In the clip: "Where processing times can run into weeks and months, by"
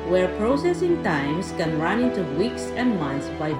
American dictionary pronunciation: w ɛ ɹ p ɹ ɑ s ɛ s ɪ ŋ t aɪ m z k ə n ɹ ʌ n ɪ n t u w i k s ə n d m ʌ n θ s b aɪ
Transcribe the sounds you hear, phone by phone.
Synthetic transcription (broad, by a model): w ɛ ɹ p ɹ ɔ s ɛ s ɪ ŋ t aɪ m s k ə n ɹ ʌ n ɪ n t u w i k s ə n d m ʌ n t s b aɪ